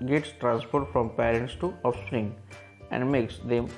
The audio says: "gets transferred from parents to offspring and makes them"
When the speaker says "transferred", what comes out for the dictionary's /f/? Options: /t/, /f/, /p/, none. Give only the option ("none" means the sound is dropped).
/p/